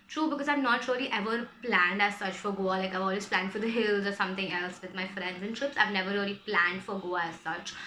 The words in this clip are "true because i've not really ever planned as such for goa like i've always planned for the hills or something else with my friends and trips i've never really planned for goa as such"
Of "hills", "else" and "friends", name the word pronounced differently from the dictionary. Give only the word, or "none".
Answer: none